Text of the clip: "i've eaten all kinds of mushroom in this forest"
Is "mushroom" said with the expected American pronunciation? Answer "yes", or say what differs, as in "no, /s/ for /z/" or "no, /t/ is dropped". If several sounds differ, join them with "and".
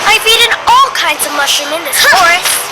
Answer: no, /ɹ/ is dropped